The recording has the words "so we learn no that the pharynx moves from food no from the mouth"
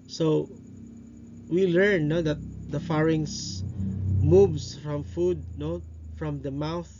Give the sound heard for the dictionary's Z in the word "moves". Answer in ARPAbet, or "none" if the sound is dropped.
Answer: S